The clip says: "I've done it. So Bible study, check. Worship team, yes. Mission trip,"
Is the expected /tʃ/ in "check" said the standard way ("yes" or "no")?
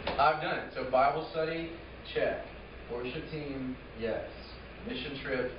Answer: yes